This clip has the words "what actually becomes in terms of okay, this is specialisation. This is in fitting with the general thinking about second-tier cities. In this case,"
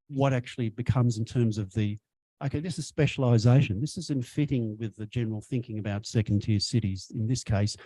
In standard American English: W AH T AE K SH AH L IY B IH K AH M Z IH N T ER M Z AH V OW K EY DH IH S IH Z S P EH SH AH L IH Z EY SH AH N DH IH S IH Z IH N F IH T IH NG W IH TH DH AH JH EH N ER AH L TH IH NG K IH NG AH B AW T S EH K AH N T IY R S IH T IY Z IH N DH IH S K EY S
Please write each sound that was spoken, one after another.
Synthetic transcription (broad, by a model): W AH T AE K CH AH L IY B IH K AH M Z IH N T ER M Z AH V OW K EY DH IH S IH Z S P EH SH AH L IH Z EY SH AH N DH IH S IH Z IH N F IH T IH NG W IH DH AH JH EH N ER L TH IH NG K IH NG AH B AW T S EH K N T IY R S IH T IY Z IH N DH IH S K EY S